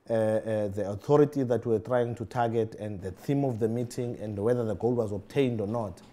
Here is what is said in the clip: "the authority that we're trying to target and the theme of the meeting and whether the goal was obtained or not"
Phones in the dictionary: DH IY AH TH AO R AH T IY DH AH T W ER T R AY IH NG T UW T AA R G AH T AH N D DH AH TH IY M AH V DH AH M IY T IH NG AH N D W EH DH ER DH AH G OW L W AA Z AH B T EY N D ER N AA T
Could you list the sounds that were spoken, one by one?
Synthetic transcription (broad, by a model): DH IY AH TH AO R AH T IY DH AH T W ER T R AY IH NG T UW T AA G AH T AH N D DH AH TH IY M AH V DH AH M IY T IH NG AH N D W EH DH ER DH AH G OW L W AA Z AH B T EY N D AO N AA T